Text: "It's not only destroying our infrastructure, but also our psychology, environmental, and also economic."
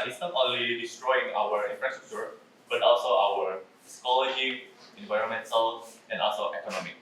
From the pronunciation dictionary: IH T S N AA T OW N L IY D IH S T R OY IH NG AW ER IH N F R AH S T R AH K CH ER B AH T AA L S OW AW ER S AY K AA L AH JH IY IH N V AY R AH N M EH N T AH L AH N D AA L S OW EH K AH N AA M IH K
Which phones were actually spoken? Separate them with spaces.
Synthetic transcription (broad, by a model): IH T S N AA T OW N L IY D IH S T R OY IH NG AW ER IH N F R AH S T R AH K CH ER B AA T AA L S OW AW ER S K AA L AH SH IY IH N V AY R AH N M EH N S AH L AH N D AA L S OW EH K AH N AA M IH K